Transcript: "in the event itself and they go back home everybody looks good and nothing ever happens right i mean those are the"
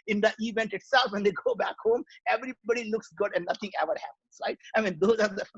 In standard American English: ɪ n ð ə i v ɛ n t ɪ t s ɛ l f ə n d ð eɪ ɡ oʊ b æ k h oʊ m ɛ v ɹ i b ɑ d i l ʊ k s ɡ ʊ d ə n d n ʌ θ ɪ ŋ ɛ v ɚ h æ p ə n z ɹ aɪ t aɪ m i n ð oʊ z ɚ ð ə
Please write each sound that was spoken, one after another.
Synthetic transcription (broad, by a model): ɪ n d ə i v ɛ n t ɪ t s ɛ l f ə n d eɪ ɡ oʊ b æ k h oʊ m ɛ v ɹ i b ɑ d i l ʊ k s ɡ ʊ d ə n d n ʌ t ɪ ŋ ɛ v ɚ h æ p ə n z ɹ aɪ t aɪ m i n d oʊ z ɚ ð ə